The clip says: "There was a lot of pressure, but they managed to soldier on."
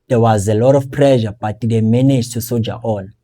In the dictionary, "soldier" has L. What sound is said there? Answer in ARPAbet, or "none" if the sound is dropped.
none